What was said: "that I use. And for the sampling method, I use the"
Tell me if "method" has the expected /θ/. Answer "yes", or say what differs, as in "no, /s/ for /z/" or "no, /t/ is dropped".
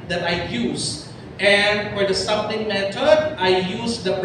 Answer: no, /t/ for /θ/